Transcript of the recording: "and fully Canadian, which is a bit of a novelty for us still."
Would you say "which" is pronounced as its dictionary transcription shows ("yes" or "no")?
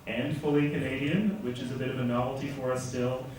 yes